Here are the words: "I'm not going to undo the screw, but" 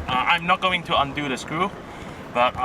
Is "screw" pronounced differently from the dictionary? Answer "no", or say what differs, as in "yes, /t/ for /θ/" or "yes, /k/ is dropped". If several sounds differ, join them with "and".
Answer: yes, /ɹ/ is dropped